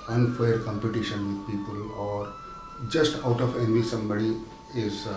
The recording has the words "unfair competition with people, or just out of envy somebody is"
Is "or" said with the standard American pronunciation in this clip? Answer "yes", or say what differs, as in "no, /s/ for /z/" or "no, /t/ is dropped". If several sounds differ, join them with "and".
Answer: yes